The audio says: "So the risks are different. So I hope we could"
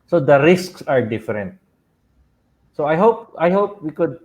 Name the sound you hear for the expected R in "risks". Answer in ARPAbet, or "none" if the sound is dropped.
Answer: R